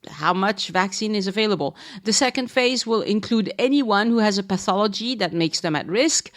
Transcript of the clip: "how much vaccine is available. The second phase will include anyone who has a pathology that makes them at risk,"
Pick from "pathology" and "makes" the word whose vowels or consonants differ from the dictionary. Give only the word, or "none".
none